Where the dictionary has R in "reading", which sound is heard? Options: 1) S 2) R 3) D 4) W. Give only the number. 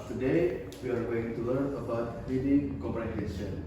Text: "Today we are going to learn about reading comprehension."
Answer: 4